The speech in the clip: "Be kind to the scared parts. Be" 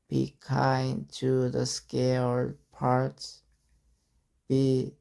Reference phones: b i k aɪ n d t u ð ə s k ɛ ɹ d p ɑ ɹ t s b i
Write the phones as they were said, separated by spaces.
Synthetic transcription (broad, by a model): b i k aɪ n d t u ð ə s k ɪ l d p ɑ ɹ t s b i